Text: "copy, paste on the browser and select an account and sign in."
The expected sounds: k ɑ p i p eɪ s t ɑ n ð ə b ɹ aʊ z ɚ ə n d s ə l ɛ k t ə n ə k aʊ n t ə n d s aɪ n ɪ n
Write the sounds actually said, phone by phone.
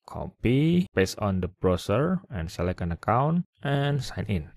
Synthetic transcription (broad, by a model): k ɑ p i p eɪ s ɑ n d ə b ɹ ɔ s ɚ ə n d s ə l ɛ k ə n ə k aʊ n t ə n s aɪ n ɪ n